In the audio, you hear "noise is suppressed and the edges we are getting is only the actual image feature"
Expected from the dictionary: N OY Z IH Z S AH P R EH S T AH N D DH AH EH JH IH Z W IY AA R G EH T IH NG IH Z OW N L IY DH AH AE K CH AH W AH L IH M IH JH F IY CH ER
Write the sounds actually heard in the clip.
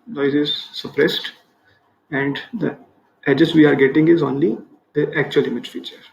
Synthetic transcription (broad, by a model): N OY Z IH Z S AH P R EH S T AH N D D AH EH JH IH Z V IY AA R G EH T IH NG IH Z OW N L IY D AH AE K CH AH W AH L IH M IH JH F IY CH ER